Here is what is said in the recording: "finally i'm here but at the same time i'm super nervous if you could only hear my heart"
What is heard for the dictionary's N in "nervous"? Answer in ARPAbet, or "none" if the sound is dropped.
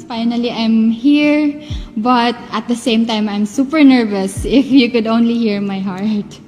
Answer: N